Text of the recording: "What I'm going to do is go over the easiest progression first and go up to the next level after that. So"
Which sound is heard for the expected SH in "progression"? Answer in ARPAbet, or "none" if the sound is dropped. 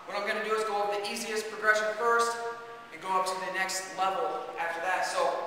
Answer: SH